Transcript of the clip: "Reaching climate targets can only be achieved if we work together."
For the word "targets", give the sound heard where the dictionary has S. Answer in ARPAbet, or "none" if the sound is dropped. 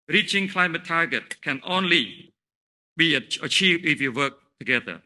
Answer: none